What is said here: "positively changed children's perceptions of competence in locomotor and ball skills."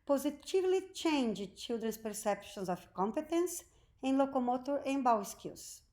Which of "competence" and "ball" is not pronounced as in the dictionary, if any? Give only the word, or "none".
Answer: ball